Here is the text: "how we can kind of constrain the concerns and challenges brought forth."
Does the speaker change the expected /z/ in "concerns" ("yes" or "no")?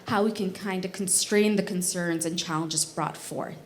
no